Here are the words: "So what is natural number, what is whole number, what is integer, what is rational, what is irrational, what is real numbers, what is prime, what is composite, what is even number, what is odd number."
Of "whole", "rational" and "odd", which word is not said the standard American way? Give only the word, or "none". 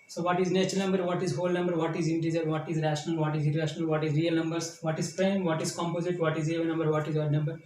none